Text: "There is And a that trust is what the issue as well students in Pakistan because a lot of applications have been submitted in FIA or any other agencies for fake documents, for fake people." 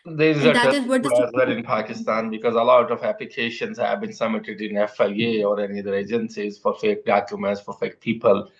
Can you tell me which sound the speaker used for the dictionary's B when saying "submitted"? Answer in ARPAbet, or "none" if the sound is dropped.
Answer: none